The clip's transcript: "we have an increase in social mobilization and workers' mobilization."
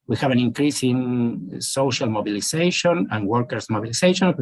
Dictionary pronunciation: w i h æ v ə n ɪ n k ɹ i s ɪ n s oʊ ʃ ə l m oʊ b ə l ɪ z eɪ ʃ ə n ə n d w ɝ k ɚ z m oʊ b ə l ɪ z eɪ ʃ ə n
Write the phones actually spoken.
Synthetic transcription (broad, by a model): w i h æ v ə n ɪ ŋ k ɹ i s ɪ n s oʊ ʃ ə l m oʊ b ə l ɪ s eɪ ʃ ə n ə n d w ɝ k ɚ s m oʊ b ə l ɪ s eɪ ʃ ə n